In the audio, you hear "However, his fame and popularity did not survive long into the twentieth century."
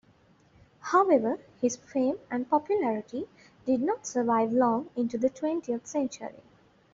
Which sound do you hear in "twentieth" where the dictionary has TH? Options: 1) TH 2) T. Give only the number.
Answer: 2